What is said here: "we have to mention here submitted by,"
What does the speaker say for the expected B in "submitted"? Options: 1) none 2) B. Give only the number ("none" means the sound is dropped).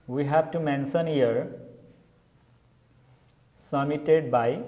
1